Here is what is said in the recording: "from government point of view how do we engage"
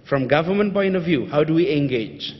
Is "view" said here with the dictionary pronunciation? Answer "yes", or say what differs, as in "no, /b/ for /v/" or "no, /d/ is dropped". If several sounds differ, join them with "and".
yes